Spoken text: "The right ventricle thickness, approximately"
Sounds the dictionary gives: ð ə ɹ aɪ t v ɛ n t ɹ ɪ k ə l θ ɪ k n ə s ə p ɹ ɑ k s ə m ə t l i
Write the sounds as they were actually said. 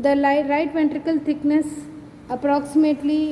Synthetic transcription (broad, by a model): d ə ɹ aɪ t p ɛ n t ɹ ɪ k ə l t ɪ k n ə s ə p ɹ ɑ k s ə m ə t l i